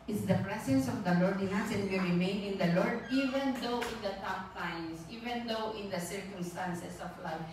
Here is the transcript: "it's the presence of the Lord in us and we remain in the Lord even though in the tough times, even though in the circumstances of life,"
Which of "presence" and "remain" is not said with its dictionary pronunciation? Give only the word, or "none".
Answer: presence